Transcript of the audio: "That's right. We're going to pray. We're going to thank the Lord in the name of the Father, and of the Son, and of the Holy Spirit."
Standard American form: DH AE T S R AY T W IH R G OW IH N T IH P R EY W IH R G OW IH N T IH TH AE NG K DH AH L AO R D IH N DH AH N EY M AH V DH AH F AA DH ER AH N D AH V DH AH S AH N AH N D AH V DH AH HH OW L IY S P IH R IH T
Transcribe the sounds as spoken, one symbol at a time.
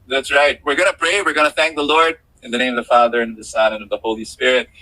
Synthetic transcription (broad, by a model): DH AE T S R AY T W IH R G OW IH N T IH P R EY W IH R G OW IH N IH TH AE NG K DH AH L AO R D IH N DH AH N EY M AH V DH AH F AA DH ER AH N AH V DH AH S AH N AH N AH V DH AH HH OW L IY S P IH R IH T